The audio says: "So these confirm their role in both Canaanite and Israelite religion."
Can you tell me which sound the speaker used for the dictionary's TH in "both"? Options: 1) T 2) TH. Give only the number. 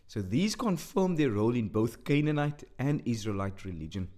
2